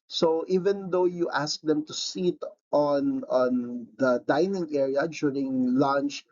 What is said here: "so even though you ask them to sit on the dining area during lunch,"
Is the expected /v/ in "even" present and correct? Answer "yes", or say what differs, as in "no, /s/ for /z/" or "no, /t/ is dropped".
yes